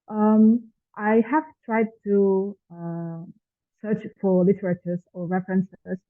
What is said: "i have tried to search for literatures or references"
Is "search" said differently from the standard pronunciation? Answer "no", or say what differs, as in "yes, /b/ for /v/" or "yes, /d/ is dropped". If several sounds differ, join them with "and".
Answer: no